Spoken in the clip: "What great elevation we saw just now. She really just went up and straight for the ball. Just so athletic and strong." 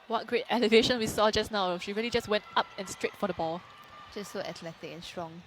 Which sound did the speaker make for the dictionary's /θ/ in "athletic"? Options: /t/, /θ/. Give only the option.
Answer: /t/